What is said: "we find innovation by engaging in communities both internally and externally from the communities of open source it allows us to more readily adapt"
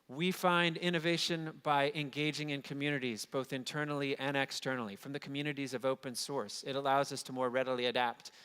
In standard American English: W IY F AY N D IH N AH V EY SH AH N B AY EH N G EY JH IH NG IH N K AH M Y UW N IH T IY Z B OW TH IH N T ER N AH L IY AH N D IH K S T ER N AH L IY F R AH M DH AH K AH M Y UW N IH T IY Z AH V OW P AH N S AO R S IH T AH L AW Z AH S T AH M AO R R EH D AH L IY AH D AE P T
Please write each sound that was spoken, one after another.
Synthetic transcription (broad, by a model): W IY F AY N D IH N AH V EY SH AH N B AY EH N G EY JH IH NG IH N K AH M Y UW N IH T IY Z B OW TH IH N T ER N L IY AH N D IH K S T ER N L IY F R AH M DH AH K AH M Y UW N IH T IY Z AH V OW P AH N S AO R S IH T AH L AW Z AH S T AH M AO R R EH D L IY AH D AE P T